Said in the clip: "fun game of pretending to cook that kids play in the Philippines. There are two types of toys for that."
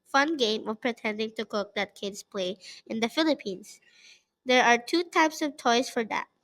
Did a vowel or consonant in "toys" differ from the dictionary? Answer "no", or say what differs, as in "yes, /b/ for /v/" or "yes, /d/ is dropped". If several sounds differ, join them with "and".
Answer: yes, /s/ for /z/